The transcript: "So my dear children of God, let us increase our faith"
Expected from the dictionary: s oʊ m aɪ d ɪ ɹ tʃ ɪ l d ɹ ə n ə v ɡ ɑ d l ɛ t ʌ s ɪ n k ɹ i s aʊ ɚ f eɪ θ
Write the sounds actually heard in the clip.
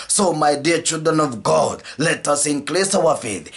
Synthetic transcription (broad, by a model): s oʊ m aɪ d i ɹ tʃ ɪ l d ɹ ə n ə v ɡ ɑ d l ɛ t ʌ s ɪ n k l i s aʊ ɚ f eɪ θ